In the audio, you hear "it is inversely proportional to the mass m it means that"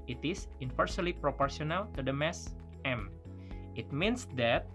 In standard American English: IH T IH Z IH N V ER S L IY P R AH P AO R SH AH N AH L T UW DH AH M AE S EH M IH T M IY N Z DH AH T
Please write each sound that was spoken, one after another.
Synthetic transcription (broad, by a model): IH T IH S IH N F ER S L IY P R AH P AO R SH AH N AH L T UW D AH M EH S EH M IH T M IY N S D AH T